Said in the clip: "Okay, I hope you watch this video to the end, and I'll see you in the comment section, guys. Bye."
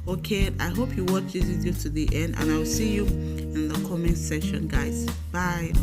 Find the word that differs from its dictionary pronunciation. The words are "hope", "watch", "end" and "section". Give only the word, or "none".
section